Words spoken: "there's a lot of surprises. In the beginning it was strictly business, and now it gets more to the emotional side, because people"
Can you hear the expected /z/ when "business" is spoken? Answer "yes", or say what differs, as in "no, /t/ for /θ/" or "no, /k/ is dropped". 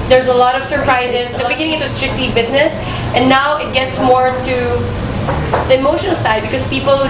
yes